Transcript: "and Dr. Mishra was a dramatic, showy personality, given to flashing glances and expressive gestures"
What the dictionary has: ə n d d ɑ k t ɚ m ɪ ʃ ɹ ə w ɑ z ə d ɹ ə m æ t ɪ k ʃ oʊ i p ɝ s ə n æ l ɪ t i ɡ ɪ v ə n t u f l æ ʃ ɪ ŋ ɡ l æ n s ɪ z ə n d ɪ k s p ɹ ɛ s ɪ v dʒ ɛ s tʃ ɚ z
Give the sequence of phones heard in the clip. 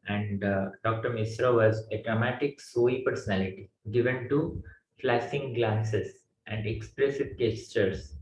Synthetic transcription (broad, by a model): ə n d d ɑ k t ɚ m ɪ s ɹ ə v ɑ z ə d ɹ ə m æ t ɪ k s oʊ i p ɝ s ə n æ l ɪ t i ɡ ɪ v ə n t u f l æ s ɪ ŋ ɡ l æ n s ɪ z ə n d ɪ k s p ɹ ɛ s ɪ v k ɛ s tʃ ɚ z